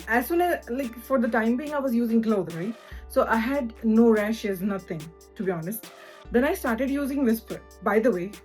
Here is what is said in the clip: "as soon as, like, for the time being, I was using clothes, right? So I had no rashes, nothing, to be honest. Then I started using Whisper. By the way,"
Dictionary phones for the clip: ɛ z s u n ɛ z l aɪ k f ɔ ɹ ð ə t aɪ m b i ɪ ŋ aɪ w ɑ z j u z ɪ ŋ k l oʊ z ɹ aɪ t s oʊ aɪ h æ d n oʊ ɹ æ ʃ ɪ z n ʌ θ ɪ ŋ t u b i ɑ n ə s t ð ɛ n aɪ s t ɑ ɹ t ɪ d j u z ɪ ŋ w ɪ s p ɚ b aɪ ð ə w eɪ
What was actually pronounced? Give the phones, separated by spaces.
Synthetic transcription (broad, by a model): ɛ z s u n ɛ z l aɪ k f ɔ ɹ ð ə t aɪ m b i ɪ ŋ aɪ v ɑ z j u z ɪ ŋ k l oʊ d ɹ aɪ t s oʊ aɪ h æ d n oʊ ɹ æ ʃ ɪ z n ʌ t ɪ ŋ t u b i ɑ n ə s t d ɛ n aɪ s t ɑ ɹ t ɪ d j u z ɪ ŋ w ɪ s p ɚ b aɪ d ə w eɪ